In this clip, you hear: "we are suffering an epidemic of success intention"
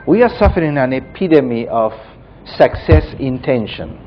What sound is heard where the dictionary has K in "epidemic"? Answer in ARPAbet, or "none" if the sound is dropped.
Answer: none